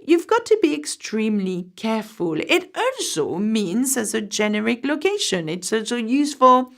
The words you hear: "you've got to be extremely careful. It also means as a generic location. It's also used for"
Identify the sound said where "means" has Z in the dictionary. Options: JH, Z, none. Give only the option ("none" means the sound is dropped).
Z